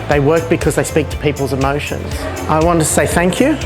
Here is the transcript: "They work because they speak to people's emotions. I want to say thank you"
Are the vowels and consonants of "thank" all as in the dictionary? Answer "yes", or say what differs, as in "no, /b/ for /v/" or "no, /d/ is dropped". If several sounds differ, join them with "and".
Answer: yes